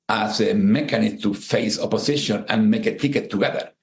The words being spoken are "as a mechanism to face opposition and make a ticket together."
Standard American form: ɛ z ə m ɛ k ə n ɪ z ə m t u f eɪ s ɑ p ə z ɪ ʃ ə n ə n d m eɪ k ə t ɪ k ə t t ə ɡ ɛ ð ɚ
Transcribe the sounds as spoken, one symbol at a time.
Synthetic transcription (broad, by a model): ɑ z ə m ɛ k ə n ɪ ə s t u f eɪ s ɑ p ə s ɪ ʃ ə n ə n m eɪ k ə t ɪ k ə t t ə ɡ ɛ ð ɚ